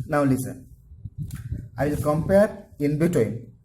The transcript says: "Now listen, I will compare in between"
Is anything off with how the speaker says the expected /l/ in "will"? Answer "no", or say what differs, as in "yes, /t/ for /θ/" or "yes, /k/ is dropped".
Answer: no